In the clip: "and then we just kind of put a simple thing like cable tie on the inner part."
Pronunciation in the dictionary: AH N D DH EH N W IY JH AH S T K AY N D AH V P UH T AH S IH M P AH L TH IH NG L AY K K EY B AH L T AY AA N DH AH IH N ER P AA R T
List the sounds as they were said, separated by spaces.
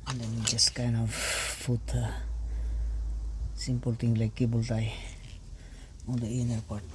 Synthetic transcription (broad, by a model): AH N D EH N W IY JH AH S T K AY N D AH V F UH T AH S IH M P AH L T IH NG L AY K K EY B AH L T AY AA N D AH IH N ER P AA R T